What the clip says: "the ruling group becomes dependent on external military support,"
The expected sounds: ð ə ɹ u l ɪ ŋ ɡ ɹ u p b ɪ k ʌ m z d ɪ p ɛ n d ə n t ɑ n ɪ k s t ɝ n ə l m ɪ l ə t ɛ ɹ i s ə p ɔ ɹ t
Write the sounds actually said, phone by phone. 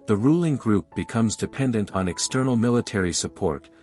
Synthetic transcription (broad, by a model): ð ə ɹ u l ɪ ŋ ɡ ɹ u p b ɪ k ʌ m z d ɪ p ɛ n d ə n t n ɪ k s t ɝ n l m ɪ l ə t ɛ ɹ i s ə p ɔ ɹ t